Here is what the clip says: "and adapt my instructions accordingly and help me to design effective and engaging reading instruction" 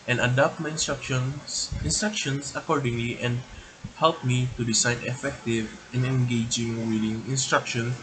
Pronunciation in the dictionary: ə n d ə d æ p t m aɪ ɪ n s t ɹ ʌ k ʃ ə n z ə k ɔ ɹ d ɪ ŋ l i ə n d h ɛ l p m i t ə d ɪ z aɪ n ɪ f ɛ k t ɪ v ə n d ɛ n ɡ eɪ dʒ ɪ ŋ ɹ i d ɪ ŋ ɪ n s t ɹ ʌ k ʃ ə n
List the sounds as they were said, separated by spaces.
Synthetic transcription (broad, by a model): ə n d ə d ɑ p t m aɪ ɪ n s t ɹ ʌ k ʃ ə n s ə k ɔ ɹ d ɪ ŋ l i ə n d h ɛ l p m i t ə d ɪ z aɪ n ɪ f ɛ k t ɪ v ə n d ɛ n ɡ eɪ dʒ ɪ ŋ w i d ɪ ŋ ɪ n s t ɹ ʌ k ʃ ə n